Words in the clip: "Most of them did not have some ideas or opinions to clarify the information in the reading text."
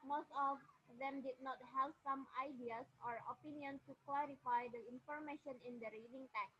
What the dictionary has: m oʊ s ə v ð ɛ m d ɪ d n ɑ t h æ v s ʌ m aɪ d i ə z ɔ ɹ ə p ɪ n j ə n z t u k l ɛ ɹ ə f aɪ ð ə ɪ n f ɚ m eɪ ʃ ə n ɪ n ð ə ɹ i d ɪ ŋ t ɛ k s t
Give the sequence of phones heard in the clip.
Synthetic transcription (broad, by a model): m oʊ s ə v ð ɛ m d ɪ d n ɑ t h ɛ p s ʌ m aɪ d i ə s ɔ ɹ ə p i n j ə n s t u k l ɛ ɹ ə f aɪ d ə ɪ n f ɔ m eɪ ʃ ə n ɪ n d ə ɹ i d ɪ ŋ t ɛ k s